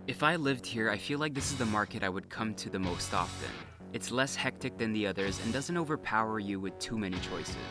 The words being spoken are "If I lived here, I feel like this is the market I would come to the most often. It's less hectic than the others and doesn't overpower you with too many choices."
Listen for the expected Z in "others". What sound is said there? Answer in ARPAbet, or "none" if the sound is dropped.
Z